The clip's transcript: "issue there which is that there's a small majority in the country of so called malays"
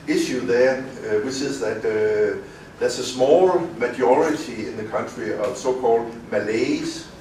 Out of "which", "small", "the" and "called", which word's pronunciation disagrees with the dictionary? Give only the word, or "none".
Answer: which